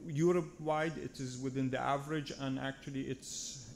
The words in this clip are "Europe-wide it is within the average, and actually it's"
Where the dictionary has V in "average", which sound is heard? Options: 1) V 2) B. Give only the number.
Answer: 1